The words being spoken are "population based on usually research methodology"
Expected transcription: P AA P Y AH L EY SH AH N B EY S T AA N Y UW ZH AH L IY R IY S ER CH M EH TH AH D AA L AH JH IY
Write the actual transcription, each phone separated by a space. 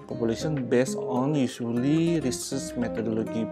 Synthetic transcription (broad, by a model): P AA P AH L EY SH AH N B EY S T AA N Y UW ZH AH L IY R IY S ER S M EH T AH D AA L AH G IY